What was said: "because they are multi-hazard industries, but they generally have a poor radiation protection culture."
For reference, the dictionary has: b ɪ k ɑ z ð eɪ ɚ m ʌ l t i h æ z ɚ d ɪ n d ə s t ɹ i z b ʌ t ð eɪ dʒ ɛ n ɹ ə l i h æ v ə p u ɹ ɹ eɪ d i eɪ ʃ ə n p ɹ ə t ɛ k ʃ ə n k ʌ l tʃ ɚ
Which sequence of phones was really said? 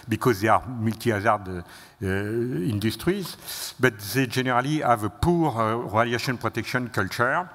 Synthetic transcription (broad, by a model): b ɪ k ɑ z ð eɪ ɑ m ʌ l t i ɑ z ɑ d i n d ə s t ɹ i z b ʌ t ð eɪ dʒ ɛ n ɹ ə l i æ v ə p u ɹ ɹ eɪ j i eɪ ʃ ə n p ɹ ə t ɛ k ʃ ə n k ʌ l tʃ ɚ